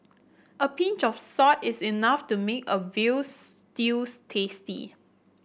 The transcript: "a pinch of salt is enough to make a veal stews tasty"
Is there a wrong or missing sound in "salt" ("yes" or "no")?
yes